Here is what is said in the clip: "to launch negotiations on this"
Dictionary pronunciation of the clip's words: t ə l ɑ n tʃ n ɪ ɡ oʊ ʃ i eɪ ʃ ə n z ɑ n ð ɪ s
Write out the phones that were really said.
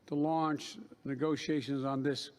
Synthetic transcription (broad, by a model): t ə l ɑ n tʃ n ɪ ɡ oʊ ʃ i eɪ ʃ ə n z n ð ɪ s